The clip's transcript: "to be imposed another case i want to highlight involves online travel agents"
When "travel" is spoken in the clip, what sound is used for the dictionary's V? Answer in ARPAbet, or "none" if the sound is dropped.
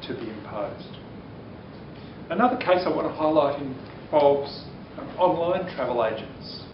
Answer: V